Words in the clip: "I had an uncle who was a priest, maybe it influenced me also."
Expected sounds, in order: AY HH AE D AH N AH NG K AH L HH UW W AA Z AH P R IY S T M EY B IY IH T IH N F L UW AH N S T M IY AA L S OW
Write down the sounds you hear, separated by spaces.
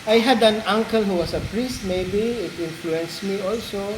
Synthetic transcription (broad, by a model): AY HH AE D AH N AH NG K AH L HH UW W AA S AH P R IY S T M EY B IY IH T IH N F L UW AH N S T M IY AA L S OW